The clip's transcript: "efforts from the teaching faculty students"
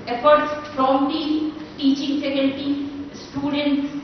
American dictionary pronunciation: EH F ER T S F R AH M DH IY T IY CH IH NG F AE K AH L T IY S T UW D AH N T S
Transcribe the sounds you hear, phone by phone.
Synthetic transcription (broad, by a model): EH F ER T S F R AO M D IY T IY CH IH NG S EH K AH N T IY S T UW D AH N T S